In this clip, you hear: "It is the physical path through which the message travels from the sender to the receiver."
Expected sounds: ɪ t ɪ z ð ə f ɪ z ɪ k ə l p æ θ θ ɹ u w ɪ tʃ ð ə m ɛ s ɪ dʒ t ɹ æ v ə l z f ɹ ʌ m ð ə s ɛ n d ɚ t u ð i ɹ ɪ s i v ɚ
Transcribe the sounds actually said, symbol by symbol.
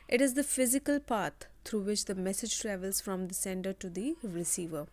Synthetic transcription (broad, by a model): ɪ t ɪ z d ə f ɪ z ɪ k ə l p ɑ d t ɹ u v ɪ tʃ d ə m ɛ s ɪ dʒ t ɹ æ v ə l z f ɹ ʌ m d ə s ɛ n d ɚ t u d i ɹ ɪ s i v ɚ